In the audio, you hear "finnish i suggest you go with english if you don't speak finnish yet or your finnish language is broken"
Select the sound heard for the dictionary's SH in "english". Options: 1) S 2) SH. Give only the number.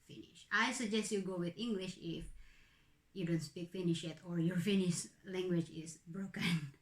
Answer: 2